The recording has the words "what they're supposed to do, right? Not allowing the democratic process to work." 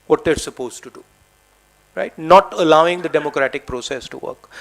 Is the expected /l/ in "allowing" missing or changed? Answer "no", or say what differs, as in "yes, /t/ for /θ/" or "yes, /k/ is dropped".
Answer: no